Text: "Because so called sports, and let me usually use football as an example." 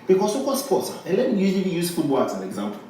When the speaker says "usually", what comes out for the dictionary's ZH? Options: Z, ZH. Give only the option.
Z